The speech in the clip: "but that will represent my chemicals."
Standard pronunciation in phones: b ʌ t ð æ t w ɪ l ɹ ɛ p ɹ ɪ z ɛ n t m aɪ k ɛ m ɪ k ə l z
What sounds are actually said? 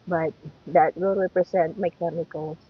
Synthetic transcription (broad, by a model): b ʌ t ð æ t w ɪ l ɹ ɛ p ɹ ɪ s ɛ n t m aɪ k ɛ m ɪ k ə l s